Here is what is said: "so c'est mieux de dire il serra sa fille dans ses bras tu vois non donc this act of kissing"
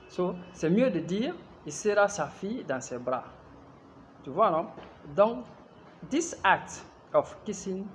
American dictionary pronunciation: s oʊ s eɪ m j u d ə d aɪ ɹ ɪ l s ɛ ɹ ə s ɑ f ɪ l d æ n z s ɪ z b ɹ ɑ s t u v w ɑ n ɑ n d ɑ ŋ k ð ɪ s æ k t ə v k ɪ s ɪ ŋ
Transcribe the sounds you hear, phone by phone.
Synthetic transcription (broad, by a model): s oʊ s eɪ m j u d ə d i ɹ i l s ɛ ɹ ə s ɑ f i d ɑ s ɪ b ɹ ɑ t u v w ɑ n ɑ d ɑ ŋ k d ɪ s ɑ k t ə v k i s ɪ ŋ